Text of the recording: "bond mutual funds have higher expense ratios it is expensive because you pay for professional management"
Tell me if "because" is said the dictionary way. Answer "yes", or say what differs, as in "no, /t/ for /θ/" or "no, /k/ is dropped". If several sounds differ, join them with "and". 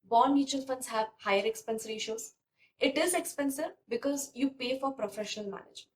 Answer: yes